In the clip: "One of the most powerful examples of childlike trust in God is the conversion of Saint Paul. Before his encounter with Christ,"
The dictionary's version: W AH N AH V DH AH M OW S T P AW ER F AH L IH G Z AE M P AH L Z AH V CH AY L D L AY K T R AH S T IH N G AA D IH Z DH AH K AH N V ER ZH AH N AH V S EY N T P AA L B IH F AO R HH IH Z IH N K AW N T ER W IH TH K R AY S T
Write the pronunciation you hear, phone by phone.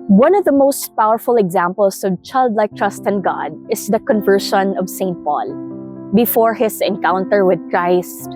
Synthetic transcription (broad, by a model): W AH N AH V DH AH M OW S T P AW ER F AH L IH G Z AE M P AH L S AH V CH AY L D L AY K T R AH S T IH N G AA D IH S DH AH K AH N V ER SH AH N AH V S EY N T P AA L B IH F AO R HH IH S IH N K AW N T ER W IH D K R AY S T